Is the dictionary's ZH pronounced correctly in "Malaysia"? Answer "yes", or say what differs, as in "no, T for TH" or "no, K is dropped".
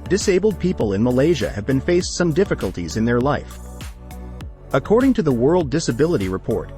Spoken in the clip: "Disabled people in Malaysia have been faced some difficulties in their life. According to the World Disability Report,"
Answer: yes